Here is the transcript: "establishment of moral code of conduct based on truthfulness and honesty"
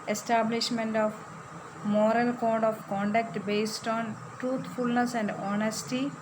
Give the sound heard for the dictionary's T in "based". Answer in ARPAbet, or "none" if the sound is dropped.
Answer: T